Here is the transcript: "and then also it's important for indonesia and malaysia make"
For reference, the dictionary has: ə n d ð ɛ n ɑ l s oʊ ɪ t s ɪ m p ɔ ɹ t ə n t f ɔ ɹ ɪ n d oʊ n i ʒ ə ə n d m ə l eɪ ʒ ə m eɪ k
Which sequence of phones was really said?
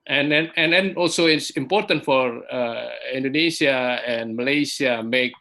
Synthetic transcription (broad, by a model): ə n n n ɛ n ɑ l s oʊ ɪ t s ɪ m p ɔ ɹ t ə n t f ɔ ɹ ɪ n d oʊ n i s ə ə n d m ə l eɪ s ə m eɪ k